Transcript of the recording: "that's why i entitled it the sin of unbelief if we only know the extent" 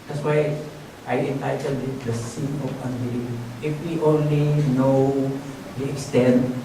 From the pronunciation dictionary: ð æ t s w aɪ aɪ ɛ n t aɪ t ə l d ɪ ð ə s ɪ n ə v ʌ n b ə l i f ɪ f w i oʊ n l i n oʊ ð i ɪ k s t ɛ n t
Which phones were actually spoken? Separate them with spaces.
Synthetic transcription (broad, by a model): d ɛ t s w aɪ aɪ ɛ n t aɪ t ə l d ɪ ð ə s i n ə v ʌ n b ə i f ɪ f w i oʊ n l i n oʊ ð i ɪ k s t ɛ n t